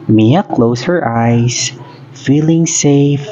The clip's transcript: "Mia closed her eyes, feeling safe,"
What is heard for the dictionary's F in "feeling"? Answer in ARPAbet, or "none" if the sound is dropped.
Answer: F